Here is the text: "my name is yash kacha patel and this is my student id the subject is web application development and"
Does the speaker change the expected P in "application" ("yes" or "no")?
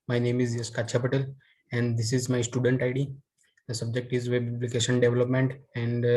yes